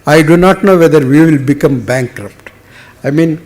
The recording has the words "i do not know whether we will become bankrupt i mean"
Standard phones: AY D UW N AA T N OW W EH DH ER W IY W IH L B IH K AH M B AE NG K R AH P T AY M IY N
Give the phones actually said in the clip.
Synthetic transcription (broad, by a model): AY D UW N AA T N OW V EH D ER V IY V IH L B IH K AH M B AE NG K R AH P T AY M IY N